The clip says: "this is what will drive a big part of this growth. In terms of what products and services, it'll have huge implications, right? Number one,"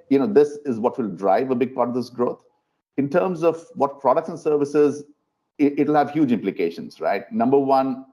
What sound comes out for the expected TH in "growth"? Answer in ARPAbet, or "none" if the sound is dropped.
T